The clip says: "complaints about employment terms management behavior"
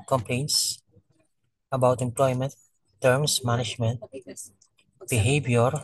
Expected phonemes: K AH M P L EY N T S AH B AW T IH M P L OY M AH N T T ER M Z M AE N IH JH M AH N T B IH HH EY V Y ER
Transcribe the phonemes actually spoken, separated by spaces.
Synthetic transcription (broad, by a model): K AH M P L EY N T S AH B AW T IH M P L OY M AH N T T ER M S M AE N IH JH M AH N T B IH HH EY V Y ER